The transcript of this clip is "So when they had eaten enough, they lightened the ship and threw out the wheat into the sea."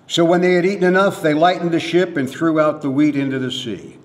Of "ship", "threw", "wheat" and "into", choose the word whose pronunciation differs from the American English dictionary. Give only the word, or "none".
none